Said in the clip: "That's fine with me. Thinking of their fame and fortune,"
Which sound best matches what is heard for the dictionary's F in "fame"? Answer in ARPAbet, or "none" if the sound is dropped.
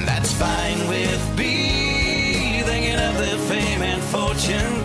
F